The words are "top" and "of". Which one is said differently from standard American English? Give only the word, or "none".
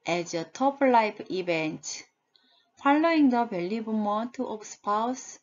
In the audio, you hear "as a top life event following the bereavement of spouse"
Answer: of